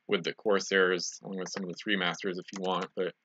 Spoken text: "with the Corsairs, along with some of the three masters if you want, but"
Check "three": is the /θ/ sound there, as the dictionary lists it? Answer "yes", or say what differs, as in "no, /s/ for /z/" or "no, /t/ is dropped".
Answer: yes